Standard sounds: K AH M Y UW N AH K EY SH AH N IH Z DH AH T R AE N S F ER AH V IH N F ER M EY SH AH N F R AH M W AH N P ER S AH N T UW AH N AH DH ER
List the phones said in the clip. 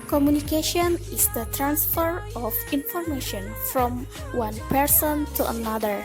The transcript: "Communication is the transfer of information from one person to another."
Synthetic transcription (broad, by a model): K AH M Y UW N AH K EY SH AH N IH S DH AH T R AE N S F ER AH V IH N F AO M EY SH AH N F R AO M W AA N P ER S AH N T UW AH N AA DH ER